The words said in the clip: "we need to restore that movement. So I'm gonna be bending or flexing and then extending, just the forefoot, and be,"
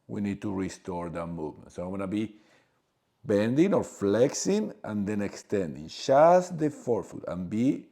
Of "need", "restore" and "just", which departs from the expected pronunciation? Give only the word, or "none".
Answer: just